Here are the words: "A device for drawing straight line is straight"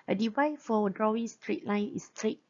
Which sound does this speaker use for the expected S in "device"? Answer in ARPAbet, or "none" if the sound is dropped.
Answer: none